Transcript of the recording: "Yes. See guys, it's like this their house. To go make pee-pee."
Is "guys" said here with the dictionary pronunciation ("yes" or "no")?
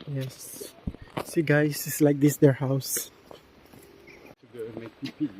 no